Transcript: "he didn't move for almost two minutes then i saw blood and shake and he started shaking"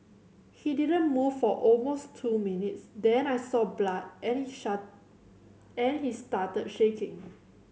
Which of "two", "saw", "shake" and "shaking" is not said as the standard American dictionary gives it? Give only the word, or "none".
shake